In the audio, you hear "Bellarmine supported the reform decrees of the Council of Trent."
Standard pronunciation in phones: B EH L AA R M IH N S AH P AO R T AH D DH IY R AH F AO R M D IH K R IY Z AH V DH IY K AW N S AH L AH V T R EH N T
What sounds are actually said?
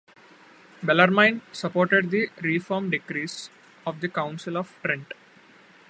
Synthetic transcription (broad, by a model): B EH L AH R M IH N S AH P AO R T AH D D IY R AH F AO R M D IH K R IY S AH V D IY K AW N S AH L AH V T R EH N T